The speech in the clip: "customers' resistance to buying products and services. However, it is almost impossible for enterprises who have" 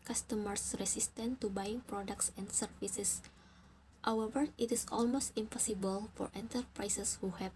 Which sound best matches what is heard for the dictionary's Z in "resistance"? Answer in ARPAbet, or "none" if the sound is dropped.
S